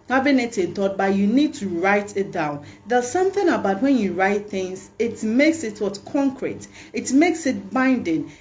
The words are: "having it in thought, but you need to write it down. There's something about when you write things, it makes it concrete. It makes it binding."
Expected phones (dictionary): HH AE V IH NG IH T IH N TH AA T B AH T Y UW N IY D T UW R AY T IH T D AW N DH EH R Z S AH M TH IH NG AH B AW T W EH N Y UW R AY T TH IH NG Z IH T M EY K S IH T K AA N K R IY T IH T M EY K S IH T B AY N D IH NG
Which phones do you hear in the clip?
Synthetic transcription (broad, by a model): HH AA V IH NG IH T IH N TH AA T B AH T Y UW N IY D T UW R AY T IH T D AW N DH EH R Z S AH M TH IH NG AH B AW T W EH N Y UW R AY T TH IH NG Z IH T M EY K S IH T K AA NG K R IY T IH T M EY K S IH T B AY N D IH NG